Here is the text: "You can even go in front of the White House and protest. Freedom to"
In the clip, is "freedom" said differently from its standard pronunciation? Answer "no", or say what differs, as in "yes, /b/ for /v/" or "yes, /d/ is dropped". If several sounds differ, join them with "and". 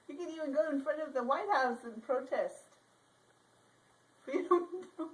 yes, /ɹ/ is dropped